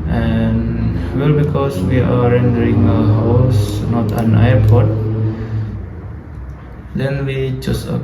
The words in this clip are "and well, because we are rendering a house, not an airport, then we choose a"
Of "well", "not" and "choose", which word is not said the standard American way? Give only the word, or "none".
choose